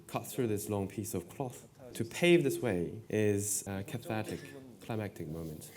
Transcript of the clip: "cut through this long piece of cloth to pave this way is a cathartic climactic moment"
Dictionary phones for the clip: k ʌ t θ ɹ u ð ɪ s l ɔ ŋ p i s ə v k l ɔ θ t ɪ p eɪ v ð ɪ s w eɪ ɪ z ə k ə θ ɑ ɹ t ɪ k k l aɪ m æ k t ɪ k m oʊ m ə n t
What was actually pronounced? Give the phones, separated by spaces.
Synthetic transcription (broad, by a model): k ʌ t θ ɹ u ð ɪ s l ɔ ŋ p i s ə v k l ɔ θ t ɪ p eɪ v ð ɪ s w eɪ ɪ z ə k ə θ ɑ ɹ t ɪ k k l aɪ m æ k t ɪ k m oʊ m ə n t